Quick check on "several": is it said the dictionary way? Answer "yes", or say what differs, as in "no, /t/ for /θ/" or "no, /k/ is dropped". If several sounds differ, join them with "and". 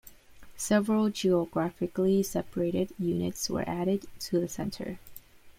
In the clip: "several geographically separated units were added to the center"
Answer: yes